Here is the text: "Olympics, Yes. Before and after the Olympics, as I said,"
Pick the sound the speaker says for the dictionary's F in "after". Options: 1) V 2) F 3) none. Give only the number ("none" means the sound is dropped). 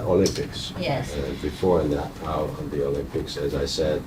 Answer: 3